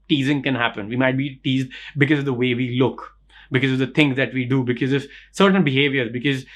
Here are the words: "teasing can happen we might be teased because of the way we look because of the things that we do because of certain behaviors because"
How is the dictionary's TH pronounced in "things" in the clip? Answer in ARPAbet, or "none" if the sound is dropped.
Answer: T